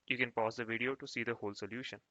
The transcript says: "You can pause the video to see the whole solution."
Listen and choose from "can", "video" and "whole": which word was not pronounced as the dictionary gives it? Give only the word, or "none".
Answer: none